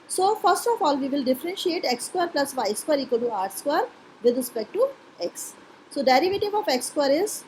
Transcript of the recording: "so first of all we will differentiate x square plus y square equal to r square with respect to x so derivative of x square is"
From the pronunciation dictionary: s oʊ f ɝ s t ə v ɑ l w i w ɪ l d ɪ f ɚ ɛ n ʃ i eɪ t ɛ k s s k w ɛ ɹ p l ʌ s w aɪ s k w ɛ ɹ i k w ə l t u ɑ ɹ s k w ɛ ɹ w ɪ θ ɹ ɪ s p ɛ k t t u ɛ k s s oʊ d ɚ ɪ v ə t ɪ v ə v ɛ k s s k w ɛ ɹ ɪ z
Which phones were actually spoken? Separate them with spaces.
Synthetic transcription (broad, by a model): s oʊ f ɝ s t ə f ɑ l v i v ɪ l d ɪ f ɚ ɛ n ʃ i eɪ t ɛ k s s k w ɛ ɹ p l ʌ s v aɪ s k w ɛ ɹ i k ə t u ɑ ɹ s k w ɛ ɹ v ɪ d ɹ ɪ s p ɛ k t t u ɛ k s s oʊ d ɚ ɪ v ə t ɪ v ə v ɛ k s s k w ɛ ɹ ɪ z